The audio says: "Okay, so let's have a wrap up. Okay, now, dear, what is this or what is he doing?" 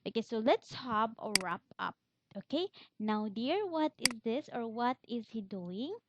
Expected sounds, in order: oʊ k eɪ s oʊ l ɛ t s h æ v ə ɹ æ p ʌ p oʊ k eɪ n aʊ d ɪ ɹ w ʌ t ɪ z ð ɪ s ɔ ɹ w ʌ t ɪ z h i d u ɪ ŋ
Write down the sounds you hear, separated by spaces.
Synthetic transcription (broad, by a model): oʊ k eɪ s oʊ l ɛ t s h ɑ b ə ɹ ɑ p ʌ p oʊ k eɪ n aʊ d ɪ ɹ w ʌ t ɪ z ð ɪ s ɔ ɹ w ʌ t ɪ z h i d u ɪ ŋ